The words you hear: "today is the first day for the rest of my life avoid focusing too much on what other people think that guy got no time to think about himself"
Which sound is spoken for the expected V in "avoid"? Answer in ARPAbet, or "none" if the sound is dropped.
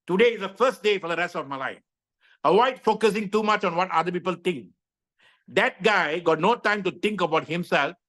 W